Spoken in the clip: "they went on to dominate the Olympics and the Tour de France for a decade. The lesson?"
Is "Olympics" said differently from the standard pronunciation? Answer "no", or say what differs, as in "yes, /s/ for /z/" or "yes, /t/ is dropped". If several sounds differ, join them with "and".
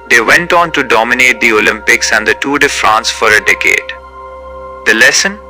no